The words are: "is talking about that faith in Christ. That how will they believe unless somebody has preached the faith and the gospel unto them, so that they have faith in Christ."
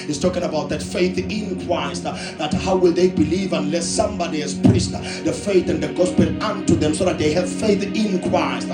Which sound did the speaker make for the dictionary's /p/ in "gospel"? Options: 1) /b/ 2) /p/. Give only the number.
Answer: 2